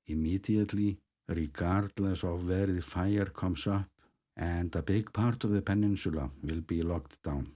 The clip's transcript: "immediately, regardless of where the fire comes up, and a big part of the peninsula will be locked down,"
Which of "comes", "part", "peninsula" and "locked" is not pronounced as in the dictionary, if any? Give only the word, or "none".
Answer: comes